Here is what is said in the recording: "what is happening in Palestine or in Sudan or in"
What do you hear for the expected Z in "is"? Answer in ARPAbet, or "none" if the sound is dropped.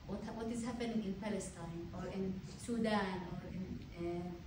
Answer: Z